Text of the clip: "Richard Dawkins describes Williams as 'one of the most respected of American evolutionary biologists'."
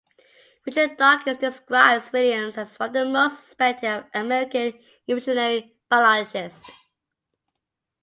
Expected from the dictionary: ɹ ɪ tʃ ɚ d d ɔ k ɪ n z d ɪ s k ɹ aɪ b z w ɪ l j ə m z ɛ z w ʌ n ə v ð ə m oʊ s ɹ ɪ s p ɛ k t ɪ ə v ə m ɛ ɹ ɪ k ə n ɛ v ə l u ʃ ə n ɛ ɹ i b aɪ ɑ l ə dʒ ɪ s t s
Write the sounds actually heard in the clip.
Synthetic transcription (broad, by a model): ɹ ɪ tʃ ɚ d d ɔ k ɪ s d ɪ s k ɹ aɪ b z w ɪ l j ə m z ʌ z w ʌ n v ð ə m oʊ s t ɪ s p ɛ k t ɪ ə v ə m ɛ ɹ ɪ k ə n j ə ɪ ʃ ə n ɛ ɹ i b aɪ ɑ l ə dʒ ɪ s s